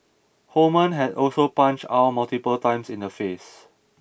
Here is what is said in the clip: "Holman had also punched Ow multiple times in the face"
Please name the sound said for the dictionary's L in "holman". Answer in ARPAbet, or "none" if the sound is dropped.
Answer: none